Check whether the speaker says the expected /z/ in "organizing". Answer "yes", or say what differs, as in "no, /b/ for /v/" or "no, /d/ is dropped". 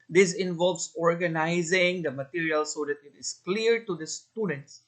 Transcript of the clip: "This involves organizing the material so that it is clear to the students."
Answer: yes